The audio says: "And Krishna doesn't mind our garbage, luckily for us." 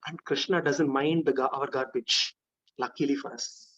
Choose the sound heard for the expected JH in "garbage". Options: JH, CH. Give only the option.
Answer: CH